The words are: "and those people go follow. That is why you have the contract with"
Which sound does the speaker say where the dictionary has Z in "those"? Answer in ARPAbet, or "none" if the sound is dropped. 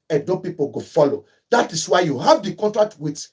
none